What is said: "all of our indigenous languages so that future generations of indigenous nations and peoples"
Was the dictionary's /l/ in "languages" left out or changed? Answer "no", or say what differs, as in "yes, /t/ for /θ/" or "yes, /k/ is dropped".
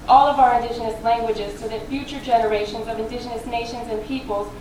no